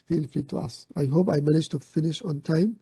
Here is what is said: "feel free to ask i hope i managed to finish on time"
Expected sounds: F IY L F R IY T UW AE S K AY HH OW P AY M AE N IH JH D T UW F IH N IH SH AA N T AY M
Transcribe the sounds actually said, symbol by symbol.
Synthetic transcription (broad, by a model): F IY L F R IY T UW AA S AY HH OW P AY M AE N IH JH T UW F IH N IH SH AA N T AY M